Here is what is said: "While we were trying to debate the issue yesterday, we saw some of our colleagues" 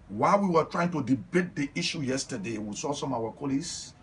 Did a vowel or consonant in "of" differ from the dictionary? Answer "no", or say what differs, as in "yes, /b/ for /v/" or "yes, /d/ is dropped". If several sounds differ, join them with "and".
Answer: yes, /w/ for /v/